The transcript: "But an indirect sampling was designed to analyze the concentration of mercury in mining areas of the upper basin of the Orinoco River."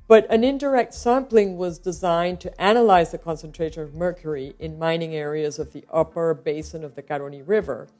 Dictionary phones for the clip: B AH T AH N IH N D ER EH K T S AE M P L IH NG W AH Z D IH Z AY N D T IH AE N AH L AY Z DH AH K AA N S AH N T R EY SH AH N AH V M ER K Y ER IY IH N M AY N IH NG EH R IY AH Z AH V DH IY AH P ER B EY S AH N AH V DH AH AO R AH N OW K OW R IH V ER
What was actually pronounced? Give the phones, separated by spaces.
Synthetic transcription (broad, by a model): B AH T AH N IH N D ER EH K T S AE M P L IH NG W AH Z D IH Z AY N T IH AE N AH L AY Z DH AH K AA N S AH N T R EY SH AH N AH V M ER K Y ER IY IH N M AY N IH NG EH R IY AH Z AH V DH IY AH P ER B EY S AH N AH V DH AH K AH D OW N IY R IH V ER